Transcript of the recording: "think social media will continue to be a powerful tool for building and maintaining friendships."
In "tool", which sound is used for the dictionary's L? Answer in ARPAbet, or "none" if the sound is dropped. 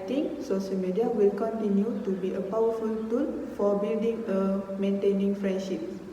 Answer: N